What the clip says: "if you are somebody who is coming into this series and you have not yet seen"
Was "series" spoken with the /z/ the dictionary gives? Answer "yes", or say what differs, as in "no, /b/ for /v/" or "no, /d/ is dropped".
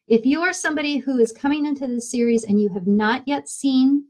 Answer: yes